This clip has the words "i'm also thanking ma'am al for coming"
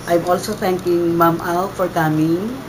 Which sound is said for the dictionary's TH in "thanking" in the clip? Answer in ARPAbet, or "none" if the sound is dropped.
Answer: T